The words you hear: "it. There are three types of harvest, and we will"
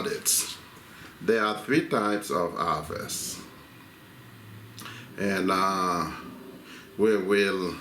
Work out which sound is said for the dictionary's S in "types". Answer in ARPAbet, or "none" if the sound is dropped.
S